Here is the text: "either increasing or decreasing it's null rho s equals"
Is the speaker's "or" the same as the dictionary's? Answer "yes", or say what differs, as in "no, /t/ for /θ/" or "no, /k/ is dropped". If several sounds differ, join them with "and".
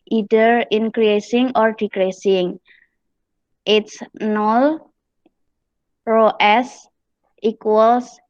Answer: yes